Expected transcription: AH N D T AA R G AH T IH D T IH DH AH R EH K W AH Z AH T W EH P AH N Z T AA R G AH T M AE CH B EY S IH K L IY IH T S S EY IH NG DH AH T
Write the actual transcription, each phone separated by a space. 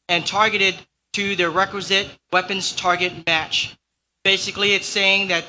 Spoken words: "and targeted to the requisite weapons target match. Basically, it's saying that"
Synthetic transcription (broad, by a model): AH N T AA R G AH T IH D T IH DH AH R EH K W AH Z AH T W EH P AH N Z T AA R G AH T M AE CH B EY S IH K L IY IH T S S EY IH NG DH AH T